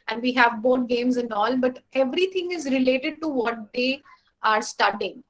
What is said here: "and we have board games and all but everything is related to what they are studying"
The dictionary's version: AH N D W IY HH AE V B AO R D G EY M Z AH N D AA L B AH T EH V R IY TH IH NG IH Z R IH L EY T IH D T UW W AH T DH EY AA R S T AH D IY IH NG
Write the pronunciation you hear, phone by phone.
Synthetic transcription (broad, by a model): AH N D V IY HH AE V B AO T G EY M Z AH N D AA L B AH T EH V R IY T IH NG IH Z R IH L EY T IH D T UW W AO T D EY AA R S T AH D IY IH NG